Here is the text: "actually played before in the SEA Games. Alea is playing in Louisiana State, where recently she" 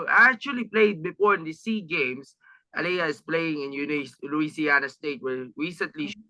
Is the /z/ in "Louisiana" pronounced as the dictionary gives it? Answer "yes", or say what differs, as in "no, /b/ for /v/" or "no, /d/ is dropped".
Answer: no, /s/ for /z/